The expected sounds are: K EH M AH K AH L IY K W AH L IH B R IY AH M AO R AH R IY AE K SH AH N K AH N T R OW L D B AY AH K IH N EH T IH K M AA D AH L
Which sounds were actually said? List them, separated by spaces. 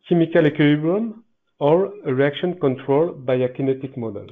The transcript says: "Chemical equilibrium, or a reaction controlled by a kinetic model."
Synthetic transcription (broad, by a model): K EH M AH K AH L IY K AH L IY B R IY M AO R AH R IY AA K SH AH N K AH N T R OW L B AY AH K IH N EH T IH K M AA D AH L